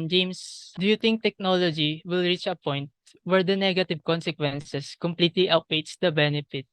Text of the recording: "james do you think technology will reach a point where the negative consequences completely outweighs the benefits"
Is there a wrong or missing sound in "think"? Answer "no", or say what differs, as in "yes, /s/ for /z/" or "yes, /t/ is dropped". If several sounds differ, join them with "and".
yes, /t/ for /θ/